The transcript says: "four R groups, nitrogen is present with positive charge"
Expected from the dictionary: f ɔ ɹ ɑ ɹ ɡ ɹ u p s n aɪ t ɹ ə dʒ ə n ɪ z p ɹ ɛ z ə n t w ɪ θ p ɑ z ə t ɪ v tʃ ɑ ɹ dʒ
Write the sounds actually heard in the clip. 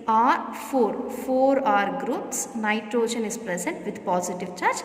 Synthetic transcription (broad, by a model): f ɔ ɹ ɑ ɹ ɡ ɹ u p s n aɪ t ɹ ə ʃ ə n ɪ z p ɹ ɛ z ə n t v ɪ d p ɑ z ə t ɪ v tʃ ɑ ɹ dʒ